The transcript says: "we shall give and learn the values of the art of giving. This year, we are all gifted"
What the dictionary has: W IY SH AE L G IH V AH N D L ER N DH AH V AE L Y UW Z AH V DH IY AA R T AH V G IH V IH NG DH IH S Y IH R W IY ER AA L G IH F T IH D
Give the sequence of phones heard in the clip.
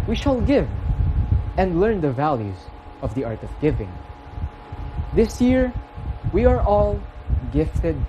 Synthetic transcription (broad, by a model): W IY SH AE L G IH V AH N D L ER N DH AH V AE L Y UW Z AH V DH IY AA R T AH V G IH V IH NG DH IH S Y IH R W IY ER AA L G IH F T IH D